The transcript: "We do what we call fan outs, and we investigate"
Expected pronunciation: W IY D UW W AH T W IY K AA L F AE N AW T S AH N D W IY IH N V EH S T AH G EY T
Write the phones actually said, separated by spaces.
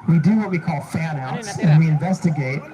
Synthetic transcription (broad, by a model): W IY D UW W AH T W IY K AA L F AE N AW T S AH N W IY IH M V EH S T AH G EY T